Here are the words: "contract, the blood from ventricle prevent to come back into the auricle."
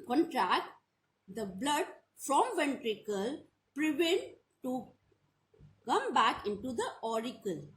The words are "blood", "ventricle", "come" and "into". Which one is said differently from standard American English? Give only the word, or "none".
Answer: none